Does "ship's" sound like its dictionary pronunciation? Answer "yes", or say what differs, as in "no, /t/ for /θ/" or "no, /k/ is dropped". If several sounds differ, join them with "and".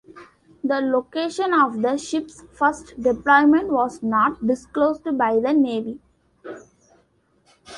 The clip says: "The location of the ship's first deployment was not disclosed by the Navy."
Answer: yes